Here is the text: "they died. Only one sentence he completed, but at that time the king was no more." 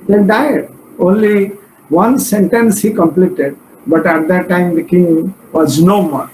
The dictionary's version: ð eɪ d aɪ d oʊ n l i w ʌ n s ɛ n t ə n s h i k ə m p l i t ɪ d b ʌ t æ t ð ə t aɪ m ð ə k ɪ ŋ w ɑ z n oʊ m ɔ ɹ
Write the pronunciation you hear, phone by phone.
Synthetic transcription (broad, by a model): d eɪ d aɪ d oʊ n l i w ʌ n s ɛ n t ə n s h i k ə m p l i t ɪ d b ʌ t æ t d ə t aɪ m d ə k ɪ ŋ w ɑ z n oʊ m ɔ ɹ